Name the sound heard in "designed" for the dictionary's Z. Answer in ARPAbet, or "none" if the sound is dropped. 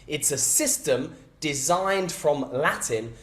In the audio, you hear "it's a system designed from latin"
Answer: Z